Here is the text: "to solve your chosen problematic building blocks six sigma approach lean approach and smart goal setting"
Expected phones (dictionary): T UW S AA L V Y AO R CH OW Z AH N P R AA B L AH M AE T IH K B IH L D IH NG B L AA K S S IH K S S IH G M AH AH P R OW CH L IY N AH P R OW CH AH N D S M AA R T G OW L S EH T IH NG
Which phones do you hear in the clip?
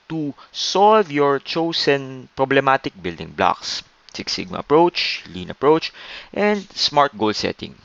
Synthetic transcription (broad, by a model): T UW S AA L V Y AO R CH OW S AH N P R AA B L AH M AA T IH K B IH L D IH NG B L AA K S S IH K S S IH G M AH AH P R OW CH L IY N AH P R OW CH AH N D S M AA R T G OW L S EH T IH NG